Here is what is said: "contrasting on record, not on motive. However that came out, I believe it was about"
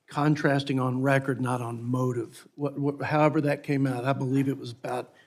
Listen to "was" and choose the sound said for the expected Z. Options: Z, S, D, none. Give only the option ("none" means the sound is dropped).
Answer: Z